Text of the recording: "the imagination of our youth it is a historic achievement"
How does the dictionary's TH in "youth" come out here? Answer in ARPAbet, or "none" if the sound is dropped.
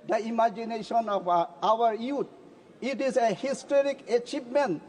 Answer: T